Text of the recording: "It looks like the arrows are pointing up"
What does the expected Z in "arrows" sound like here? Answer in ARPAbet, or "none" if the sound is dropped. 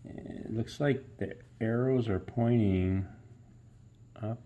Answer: Z